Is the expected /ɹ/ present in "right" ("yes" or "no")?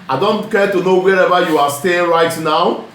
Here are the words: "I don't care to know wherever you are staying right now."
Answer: yes